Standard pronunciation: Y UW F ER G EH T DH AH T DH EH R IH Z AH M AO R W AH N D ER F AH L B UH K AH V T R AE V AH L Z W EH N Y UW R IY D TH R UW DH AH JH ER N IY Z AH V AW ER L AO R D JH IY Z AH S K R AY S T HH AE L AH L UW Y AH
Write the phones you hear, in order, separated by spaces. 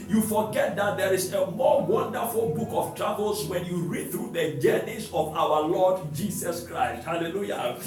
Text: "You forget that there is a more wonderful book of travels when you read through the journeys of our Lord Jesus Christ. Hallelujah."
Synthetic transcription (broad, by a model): Y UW F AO G EH T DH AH T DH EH R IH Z AH M AO W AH N D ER F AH L B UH K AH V T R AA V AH L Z W EH N Y UW R IY D TH R UW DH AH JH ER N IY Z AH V AW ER L AO D JH IY S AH S K R AY S T HH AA L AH L UW Y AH